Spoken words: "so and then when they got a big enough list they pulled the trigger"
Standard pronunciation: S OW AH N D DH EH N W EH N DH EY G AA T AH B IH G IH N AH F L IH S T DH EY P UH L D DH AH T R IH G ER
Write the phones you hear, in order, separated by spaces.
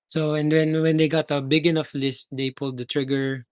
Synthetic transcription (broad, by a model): S OW AH N D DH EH N W EH N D EY G AA T AH B IH G IH N AH F L IH S T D EY P UH L D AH T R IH G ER